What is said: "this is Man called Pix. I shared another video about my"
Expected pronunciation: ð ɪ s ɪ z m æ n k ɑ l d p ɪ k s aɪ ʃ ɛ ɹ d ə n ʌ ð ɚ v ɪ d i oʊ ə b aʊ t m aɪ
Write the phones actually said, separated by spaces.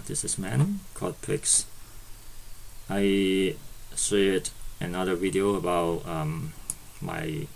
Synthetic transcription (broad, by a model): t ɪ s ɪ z m æ n k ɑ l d p ɪ k s aɪ s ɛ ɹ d ə n ʌ ð ɚ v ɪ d i oʊ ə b aʊ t m aɪ